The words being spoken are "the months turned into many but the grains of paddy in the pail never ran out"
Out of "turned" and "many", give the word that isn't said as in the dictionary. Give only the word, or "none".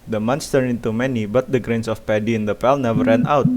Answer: turned